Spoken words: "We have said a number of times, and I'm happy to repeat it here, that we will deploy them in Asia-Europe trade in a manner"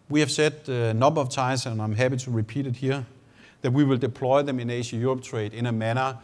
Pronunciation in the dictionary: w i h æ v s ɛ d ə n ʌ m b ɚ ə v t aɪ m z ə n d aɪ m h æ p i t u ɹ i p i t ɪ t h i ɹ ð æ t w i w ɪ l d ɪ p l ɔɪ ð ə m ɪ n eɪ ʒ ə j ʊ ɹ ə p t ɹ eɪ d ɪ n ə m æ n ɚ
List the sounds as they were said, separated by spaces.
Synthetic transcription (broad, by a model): w i h æ v s ɛ d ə n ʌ b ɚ ə v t aɪ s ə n aɪ m h æ p i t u ɹ i p i t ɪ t h i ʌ ð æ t w i w ɪ l d ɪ p l ɔɪ ð ə m ɪ n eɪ ʃ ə j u ɹ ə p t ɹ eɪ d ɪ n ə m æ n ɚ